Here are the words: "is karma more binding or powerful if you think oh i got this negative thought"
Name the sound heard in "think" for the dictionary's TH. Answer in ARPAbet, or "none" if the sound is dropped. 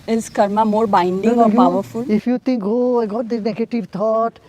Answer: T